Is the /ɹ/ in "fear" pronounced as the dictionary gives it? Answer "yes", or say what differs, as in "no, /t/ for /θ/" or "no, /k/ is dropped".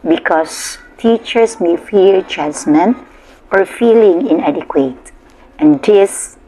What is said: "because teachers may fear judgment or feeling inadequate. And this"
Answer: no, /l/ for /ɹ/